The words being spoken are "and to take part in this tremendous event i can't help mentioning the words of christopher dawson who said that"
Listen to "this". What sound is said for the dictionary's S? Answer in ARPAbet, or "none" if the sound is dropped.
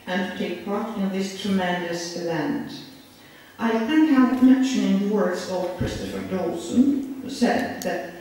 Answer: S